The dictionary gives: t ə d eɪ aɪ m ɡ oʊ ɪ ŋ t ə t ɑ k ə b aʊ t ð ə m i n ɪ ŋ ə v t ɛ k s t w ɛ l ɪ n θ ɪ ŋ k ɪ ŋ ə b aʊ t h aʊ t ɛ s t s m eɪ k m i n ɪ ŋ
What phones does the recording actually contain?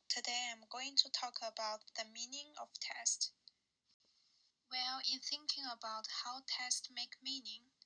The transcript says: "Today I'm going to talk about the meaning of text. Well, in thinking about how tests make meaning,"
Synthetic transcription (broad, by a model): t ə d eɪ aɪ m ɡ oʊ ɪ ŋ t ə t ɑ k ə b aʊ t ð ə m i n ɪ ŋ ə v t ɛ s t w ɛ l ɪ n θ ɪ ŋ k ɪ ŋ ə b aʊ t h aʊ t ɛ s t m eɪ k m i n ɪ ŋ